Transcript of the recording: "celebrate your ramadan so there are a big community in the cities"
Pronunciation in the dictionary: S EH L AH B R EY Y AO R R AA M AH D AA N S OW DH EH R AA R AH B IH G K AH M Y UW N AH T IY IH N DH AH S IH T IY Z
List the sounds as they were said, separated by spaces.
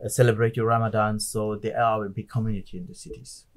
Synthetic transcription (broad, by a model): S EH L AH B R EY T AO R R AA M AH D AA N S OW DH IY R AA W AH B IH K AH M Y UW N AH T IY IH N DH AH S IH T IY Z